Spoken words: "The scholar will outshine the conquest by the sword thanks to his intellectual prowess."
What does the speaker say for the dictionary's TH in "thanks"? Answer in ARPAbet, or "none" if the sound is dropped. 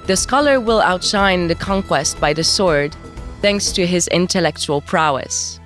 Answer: TH